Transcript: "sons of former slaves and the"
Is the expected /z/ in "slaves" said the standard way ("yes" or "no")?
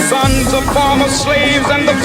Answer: yes